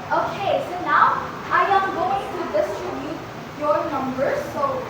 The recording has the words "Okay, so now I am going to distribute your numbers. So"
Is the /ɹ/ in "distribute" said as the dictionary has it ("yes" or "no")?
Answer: no